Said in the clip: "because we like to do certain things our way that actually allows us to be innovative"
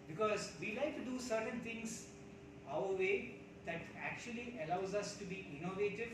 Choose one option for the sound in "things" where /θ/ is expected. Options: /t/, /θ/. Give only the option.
/t/